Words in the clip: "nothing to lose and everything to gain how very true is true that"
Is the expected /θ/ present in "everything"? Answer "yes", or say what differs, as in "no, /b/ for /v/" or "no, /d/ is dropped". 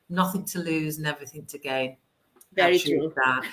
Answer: yes